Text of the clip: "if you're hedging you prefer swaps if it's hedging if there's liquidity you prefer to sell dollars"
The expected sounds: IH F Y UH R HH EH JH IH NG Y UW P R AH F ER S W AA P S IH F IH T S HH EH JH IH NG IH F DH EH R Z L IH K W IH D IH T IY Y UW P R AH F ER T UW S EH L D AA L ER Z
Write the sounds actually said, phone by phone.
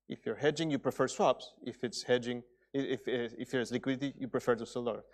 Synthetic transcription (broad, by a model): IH F Y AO R HH EH JH IH NG Y UW P R AH F ER S W AA P S IH F IH T S HH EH JH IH NG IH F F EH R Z L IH K W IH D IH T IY Y UW P R AH F ER T UW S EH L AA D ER